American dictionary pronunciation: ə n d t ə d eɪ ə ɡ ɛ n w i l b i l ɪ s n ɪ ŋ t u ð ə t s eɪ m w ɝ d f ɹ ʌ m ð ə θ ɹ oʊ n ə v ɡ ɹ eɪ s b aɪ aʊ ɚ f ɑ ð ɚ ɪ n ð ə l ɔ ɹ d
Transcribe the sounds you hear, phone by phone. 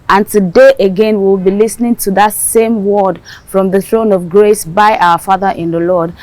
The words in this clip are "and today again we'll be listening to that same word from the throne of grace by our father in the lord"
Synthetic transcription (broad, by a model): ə n t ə d eɪ ə ɡ ɛ n w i w b i l ɪ s n ɪ ŋ t u ð ə t s eɪ m w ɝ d f ɹ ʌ m ð ə θ ɹ oʊ n ə v ɡ ɹ eɪ s b aɪ aʊ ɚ f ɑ ð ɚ ɪ n ð ə l ɔ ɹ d